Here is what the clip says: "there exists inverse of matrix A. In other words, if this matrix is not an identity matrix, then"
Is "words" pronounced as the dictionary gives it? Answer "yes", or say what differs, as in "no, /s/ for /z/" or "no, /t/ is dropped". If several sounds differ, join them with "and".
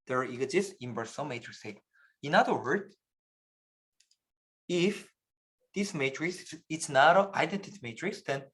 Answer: no, /z/ is dropped